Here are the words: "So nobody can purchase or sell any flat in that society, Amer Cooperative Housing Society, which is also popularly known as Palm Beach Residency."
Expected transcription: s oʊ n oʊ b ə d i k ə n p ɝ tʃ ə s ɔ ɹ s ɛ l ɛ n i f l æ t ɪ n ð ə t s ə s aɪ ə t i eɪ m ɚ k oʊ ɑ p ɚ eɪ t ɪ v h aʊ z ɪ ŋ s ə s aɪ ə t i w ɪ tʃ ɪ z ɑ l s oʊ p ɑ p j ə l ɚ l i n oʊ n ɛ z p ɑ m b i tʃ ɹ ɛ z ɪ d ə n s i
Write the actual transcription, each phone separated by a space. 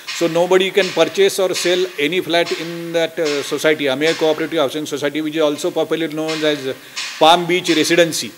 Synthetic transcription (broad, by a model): s oʊ n oʊ b ə d i k ə n p ɝ tʃ ə s ɔ ɹ s ɛ l ɛ n i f l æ t ɪ n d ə t s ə s aɪ t i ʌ m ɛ k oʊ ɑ p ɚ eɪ t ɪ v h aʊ s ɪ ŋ s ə s aɪ t i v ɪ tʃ ɪ z ɑ l s oʊ p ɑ p j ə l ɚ i n oʊ n ɛ z p ɑ m b i tʃ ɹ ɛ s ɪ d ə n s i